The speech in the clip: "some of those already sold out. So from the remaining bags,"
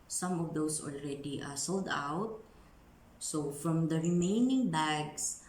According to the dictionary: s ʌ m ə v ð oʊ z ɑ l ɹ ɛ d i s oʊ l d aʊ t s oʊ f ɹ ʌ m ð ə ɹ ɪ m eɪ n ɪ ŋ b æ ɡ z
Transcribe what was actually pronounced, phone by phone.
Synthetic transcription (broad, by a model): s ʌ m ə v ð oʊ s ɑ l ɹ ɛ d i s oʊ l d aʊ t s oʊ f ɹ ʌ m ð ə ɹ ɪ m eɪ n ɪ ŋ b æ ɡ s